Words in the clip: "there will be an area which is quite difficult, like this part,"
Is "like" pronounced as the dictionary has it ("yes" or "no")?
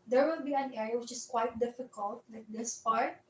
no